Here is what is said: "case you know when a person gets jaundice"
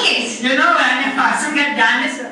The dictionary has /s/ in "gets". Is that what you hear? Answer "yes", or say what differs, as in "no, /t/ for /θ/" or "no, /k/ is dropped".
no, /s/ is dropped